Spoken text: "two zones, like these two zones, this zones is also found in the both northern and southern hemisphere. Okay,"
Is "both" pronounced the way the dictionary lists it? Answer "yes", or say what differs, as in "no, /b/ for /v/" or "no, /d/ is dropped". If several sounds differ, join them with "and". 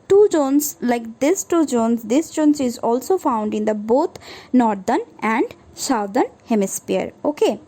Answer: no, /t/ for /θ/